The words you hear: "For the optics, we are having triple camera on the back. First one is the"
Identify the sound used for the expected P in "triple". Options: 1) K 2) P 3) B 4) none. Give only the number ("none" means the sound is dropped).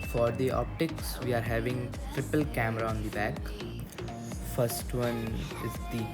2